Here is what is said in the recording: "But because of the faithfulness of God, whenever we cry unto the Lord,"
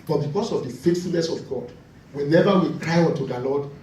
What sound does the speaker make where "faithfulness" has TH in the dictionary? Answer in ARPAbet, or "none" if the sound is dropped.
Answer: T